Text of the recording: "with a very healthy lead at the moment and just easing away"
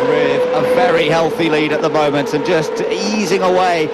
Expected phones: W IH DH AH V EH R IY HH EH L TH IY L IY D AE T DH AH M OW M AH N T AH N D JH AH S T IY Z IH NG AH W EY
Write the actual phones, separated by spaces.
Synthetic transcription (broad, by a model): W IH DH AH V EH R IY HH EH L TH IY L IY D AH T DH AH M OW M AH N T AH N JH AH S T IY Z IH NG AH W EY